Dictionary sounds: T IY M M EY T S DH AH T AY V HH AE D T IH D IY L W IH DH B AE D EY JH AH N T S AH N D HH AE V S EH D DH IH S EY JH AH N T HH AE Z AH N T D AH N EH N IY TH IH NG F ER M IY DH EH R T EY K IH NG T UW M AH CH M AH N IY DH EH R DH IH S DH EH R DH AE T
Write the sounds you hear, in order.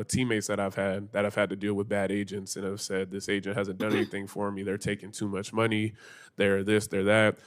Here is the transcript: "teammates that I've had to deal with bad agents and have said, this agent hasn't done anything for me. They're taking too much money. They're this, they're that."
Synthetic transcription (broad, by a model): T IY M M EY T S DH AH T AY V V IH D T IH D IY L W IH DH B AE D EY JH AH N T S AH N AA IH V S EH D DH IH S EY JH AH N T HH AE Z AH N D AH N EH N IY TH IH NG F ER M IY DH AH R T EY K IH NG T UW M AH CH M AH N IY DH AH R DH IH S DH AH R DH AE T